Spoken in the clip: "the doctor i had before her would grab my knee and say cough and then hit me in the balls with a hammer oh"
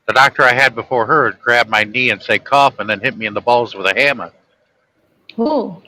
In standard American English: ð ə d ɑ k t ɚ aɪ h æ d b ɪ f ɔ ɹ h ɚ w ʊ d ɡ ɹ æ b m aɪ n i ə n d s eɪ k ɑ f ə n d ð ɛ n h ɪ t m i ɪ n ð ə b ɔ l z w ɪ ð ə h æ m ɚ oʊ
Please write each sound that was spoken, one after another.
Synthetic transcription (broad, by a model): ð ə d ɑ k t ɚ aɪ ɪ d b ɪ f ɔ ɹ h ɚ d ɡ ɹ æ b m aɪ n i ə n s eɪ k ɑ f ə n ð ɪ n h ɪ t m i ɪ n ð ə b ɔ l z w ɪ ð ə h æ m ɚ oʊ